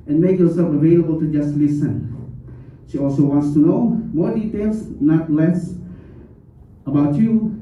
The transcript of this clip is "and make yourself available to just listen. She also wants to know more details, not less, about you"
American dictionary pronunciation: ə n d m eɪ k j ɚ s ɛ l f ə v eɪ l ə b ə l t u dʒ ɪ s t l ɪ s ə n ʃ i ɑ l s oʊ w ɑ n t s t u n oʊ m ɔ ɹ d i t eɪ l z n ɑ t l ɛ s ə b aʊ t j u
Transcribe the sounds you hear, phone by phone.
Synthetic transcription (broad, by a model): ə n m eɪ k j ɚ s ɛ l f ə v eɪ l ə b ə l t u dʒ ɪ s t l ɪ s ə n ʃ i ɑ l s oʊ w ɑ n t s t u n oʊ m ɔ d i t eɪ l s n ɑ t l ɛ s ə b aʊ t j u